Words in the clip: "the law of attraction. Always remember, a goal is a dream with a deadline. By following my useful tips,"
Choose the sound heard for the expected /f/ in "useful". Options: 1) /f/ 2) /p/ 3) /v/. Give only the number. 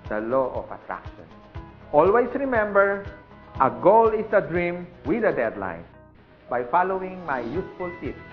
1